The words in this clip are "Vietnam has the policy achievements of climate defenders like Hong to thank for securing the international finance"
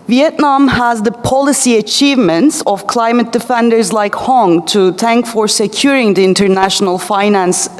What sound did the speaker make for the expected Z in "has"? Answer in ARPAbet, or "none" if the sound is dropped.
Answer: Z